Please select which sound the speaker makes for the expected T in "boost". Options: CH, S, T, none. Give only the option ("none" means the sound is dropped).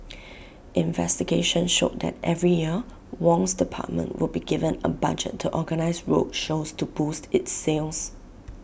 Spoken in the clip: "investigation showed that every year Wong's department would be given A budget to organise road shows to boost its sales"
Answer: T